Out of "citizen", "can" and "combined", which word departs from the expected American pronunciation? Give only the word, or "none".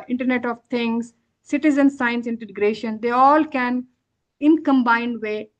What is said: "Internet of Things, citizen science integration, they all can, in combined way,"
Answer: none